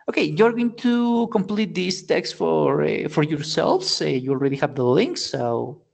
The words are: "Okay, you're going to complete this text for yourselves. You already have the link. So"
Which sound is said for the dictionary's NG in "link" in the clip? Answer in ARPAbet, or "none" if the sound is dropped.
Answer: NG